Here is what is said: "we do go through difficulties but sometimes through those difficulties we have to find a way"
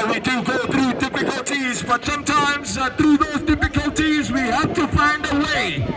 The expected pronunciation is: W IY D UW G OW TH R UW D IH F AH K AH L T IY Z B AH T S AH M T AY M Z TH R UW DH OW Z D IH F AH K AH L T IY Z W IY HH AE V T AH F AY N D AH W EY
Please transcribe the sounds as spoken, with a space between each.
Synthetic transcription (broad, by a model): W IY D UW G OW TH R UW D IH F AH K AH L T IY Z B AH T S AH M T AY M Z TH R UW DH OW Z D IH F AH K AH L T IY Z W IY HH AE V T AH F AY N D AH W EY